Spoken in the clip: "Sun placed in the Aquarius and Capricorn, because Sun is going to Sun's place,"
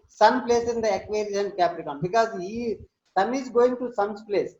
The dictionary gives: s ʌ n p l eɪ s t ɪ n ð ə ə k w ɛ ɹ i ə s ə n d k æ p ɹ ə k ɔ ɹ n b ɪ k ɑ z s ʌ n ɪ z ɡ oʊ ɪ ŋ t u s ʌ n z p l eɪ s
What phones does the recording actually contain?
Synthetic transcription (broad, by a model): s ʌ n p l eɪ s ɪ n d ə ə k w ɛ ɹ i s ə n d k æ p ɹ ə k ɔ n b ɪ k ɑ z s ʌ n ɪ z ɡ oʊ ɪ ŋ t u s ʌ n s p l eɪ s